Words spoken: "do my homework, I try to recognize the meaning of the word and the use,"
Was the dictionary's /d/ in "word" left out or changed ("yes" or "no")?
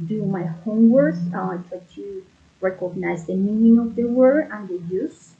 yes